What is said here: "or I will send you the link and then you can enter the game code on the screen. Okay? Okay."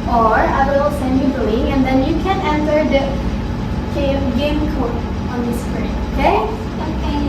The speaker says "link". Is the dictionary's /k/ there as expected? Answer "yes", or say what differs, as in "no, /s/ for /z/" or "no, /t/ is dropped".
no, /k/ is dropped